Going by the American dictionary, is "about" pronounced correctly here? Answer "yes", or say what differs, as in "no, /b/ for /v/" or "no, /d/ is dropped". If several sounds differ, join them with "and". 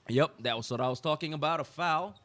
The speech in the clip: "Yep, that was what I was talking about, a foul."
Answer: yes